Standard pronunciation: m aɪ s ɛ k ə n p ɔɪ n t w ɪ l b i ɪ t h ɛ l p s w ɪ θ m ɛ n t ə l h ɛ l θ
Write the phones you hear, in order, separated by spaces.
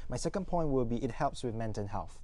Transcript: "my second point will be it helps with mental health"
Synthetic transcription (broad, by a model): m aɪ s ɛ k ə n p ɔɪ n t w ɪ l b i ɪ t h ɛ l p s w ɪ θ m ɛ n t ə n h ɛ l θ